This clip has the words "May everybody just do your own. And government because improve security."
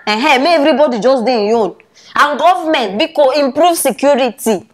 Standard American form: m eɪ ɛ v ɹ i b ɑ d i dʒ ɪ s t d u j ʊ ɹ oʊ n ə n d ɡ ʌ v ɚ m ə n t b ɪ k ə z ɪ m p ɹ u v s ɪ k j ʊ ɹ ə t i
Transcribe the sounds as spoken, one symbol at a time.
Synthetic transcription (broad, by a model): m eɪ ɛ v ɹ i b ɑ d i dʒ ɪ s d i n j oʊ n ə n ɡ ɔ v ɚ m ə n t b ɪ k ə ɪ m p ɹ u v s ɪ k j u ɹ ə t i